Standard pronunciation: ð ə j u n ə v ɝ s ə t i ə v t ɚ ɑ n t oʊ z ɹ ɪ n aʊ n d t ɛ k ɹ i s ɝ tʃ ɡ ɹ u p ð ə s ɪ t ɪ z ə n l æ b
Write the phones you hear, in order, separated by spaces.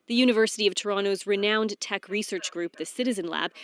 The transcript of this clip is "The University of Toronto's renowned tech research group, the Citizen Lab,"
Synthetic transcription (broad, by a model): ð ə j u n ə v ɝ s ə t i ə v t ɚ ɑ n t oʊ z ɹ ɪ n aʊ n t ɛ k ɹ i s ɝ tʃ ɡ ɹ u p ð ə s ɪ t ɪ z ə n l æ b